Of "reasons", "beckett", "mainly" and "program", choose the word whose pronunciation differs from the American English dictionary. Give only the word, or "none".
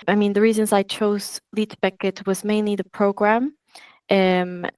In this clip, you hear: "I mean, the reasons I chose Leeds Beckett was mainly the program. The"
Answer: none